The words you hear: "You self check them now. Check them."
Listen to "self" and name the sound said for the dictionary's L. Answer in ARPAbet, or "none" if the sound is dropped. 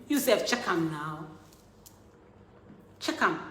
none